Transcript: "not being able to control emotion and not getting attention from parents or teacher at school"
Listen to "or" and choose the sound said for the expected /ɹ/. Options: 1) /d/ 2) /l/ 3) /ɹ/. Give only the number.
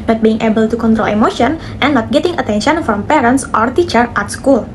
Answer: 3